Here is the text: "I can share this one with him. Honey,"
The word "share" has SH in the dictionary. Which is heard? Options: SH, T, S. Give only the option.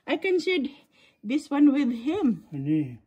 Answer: S